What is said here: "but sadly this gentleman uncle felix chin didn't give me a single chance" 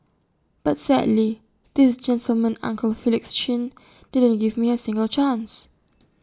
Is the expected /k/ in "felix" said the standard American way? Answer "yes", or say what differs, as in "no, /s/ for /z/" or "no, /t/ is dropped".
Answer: yes